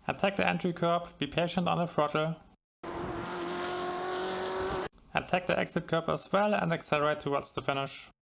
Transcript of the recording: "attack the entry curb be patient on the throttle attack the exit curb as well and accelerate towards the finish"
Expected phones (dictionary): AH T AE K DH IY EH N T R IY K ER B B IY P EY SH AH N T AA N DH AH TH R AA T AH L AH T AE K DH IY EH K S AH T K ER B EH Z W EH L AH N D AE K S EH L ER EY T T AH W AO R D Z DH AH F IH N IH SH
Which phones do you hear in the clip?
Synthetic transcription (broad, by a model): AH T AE K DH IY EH N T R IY K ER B B IY P EY SH AH N T N DH AH F R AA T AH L AH T AE K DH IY EH K S AH T K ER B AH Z W EH L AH N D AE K S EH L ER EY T T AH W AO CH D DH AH F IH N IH SH